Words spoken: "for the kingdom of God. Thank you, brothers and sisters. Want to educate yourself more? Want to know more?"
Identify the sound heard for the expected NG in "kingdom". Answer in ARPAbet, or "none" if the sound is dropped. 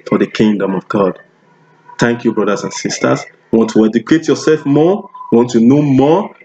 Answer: NG